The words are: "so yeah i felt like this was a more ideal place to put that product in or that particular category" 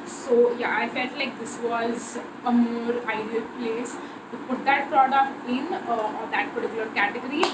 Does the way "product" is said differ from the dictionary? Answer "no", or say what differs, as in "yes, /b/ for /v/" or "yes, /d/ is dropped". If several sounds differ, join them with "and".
no